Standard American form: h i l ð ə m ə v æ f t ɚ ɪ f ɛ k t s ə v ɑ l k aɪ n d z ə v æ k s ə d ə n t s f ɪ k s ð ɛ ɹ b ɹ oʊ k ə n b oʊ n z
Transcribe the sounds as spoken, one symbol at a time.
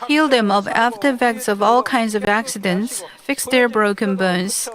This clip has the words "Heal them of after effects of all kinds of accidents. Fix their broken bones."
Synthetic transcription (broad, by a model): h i l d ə m ə v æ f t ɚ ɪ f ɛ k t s ə v ɑ l k aɪ n d z ə v æ k s ə d ə n t s f ɪ k s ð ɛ ɹ b ɹ oʊ k ə n b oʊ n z